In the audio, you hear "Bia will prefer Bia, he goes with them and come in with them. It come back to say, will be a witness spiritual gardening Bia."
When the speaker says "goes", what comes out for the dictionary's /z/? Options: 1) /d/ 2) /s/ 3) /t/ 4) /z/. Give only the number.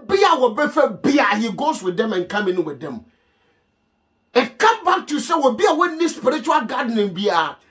2